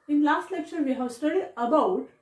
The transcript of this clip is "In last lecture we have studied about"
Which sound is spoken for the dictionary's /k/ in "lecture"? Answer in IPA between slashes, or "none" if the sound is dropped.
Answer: /k/